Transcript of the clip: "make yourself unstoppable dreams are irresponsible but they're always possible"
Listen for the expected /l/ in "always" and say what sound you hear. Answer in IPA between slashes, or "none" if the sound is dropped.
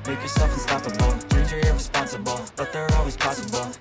/l/